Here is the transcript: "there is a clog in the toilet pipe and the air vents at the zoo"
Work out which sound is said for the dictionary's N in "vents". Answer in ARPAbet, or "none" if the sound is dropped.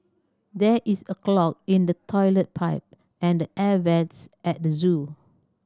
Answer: none